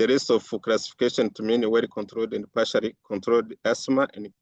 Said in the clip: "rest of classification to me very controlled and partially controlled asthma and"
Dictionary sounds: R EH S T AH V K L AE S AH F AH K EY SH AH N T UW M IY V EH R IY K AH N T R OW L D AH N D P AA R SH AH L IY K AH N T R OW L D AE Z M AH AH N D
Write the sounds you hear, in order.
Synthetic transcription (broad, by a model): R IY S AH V K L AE S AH F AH K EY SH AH N T UW M IY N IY W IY K AH N T R OW L D AH N D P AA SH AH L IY K AH N T R OW L D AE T M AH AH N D